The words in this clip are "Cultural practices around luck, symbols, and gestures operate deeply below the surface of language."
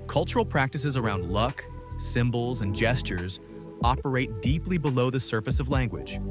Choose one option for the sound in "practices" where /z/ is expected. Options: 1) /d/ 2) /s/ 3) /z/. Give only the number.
3